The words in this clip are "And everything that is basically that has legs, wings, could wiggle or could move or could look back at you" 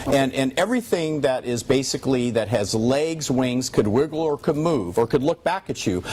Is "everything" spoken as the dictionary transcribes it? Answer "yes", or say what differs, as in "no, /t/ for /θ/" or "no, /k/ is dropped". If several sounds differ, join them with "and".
yes